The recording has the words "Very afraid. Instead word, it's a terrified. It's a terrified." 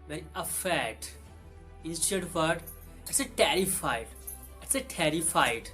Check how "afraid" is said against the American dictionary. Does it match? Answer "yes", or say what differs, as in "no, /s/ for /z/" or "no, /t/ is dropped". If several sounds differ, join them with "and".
no, /ɹ/ is dropped